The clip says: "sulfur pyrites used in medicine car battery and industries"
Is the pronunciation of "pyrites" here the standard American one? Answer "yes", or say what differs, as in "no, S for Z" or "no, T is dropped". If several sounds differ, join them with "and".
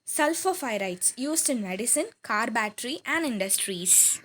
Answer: no, F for P